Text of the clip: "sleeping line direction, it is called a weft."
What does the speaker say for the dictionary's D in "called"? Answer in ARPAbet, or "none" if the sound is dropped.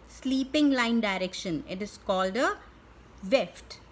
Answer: D